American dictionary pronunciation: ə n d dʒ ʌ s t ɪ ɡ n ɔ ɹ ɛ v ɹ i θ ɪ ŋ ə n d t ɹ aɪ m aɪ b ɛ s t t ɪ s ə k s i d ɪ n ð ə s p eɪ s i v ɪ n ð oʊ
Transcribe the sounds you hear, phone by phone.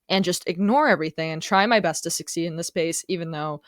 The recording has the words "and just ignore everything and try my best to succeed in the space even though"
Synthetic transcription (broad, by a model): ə n dʒ ʌ s t ɪ ɡ n ɔ ɹ ɛ v ɹ i θ ɪ ŋ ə n t ɹ aɪ m aɪ b ɛ s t t ɪ s ə k s i d ɪ n ð ə s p eɪ s i v ɪ n ð oʊ